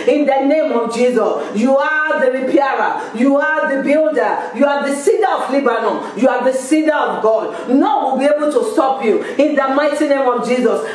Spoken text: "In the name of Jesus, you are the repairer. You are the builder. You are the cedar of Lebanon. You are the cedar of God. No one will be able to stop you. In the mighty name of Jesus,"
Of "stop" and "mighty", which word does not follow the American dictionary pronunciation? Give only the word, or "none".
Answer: none